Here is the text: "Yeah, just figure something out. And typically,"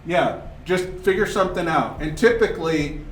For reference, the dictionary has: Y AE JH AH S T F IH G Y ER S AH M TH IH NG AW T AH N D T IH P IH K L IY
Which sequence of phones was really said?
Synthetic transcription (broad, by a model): Y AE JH AH S T F IH G Y ER S AH M TH IH NG AW T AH N T IH P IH K L IY